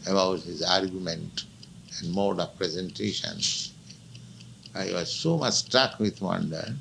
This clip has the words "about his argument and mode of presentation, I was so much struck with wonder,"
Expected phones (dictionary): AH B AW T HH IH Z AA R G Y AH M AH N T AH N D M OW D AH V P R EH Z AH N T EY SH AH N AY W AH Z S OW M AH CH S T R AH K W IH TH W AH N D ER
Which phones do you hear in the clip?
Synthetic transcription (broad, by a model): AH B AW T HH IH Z AA R G Y AH M AH N T AH N D M OW D AH V P R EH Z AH N T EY SH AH N AY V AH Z S OW M AH CH S T R AH K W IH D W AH N D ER